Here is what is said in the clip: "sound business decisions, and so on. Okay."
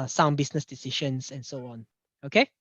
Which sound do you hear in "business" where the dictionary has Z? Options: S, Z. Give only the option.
S